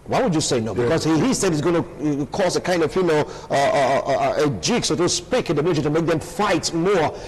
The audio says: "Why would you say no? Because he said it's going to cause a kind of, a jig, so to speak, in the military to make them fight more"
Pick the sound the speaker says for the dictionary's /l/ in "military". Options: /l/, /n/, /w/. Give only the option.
/n/